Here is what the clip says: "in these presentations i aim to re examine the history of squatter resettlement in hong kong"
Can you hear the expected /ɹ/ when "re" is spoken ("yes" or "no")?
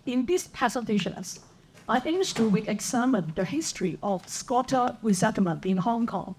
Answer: no